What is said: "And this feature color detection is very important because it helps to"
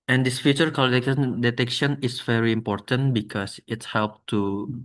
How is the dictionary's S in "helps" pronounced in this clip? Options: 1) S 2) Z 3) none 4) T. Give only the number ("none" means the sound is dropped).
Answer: 3